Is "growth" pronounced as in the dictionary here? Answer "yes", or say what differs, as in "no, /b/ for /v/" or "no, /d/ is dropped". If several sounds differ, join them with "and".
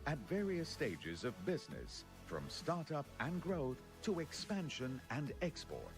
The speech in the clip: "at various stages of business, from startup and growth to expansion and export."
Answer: yes